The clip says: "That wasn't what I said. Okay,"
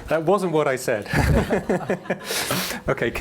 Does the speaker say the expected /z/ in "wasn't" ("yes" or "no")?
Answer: yes